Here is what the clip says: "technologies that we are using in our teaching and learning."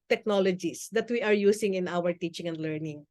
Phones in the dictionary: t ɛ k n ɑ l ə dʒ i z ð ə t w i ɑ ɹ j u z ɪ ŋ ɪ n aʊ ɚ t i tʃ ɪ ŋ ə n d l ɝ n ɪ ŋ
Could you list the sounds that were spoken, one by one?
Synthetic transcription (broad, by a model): t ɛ k n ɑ l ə dʒ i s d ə t w i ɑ ɹ j u s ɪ ŋ ɪ n aʊ ɚ t i tʃ ɪ ŋ ə n d l ɝ n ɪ ŋ